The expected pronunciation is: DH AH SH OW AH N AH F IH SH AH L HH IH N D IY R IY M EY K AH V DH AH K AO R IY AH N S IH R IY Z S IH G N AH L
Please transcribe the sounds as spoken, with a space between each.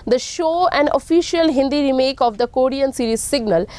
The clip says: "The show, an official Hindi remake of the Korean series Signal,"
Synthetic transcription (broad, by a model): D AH SH OW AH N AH F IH SH AH L HH IH N D IY R IY M EY K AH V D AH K AO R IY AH N S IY R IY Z S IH G N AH L